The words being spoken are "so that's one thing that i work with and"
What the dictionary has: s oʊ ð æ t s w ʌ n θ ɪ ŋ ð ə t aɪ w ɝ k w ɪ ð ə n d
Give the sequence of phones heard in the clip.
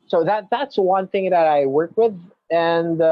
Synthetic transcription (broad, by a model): s oʊ ð æ t s w ʌ n θ ɪ ŋ ð ə t aɪ w ɝ k w ɪ ð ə n